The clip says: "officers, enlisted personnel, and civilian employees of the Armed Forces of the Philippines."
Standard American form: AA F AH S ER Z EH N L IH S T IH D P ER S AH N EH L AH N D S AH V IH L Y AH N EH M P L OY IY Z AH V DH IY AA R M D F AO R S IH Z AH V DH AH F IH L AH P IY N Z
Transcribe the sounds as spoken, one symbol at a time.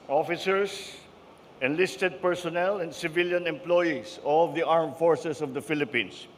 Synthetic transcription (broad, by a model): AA F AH S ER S EH N L IH S T IH D P ER S AH N EH L AH N D S AH V IH L Y AH N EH M P L OY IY S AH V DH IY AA R M F AO R S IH S AH V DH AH F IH L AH P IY N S